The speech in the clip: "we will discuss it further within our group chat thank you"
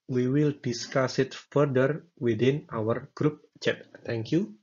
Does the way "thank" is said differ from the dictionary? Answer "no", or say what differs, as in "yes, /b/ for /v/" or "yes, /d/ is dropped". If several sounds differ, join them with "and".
yes, /t/ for /θ/